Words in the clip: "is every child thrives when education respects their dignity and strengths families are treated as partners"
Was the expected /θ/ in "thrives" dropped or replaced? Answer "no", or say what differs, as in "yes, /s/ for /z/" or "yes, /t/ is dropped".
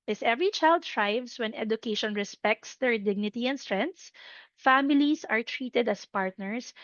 yes, /t/ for /θ/